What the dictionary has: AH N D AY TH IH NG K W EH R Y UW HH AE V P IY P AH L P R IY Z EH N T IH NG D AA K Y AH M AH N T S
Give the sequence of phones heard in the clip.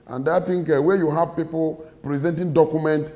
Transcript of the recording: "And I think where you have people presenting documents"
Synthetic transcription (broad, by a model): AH N D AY T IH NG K W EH Y UW HH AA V P IY P AH L P R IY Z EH N T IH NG D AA K Y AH M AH N T